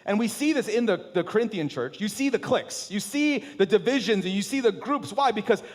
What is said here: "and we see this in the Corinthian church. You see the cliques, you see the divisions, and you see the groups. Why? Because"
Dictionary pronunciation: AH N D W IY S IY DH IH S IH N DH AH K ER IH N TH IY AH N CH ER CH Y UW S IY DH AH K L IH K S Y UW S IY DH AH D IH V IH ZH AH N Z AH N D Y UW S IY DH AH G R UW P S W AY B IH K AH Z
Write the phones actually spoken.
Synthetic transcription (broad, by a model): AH N W IY S IY DH IH S IH N DH AH K ER IH N TH IY AH N CH ER CH Y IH S IY DH AH K L IH K S Y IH S IY DH AH D IH V IH ZH AH N Z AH N Y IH S IY DH AH G R UW P S W AY B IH K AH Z